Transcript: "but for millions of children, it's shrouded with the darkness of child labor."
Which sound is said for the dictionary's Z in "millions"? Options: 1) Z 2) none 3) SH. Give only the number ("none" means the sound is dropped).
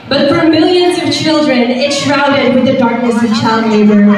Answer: 1